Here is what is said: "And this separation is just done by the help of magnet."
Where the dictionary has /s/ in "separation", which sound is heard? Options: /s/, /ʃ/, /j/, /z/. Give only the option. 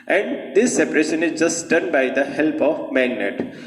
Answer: /s/